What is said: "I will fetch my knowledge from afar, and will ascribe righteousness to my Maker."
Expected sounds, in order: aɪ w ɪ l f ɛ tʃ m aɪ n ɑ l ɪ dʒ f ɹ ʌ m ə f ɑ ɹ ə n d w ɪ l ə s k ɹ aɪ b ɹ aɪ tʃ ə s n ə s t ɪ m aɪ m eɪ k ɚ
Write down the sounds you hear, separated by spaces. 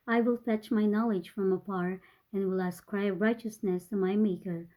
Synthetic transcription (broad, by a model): aɪ w ɪ l f ɛ tʃ m aɪ n ɑ l ɪ dʒ f ɹ ʌ m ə p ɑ ɹ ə n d w ɪ l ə s k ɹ aɪ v ɹ aɪ tʃ ə s n ə s t ɪ m aɪ m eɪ k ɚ